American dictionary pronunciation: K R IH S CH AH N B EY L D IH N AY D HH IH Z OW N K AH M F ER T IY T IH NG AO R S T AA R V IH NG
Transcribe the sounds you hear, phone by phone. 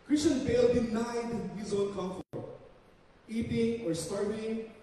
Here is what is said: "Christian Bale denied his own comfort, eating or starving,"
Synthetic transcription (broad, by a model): K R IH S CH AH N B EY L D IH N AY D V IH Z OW L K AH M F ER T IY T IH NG AO R S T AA R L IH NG